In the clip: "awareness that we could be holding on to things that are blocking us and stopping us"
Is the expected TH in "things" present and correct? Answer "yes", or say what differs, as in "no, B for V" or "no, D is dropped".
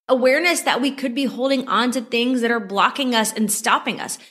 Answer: yes